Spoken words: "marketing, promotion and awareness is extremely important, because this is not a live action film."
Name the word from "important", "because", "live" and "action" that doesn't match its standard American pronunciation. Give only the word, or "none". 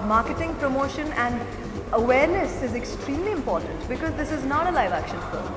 none